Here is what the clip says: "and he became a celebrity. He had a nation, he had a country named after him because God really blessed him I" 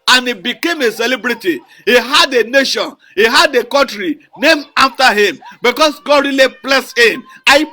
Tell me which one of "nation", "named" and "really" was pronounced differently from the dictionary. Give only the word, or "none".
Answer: named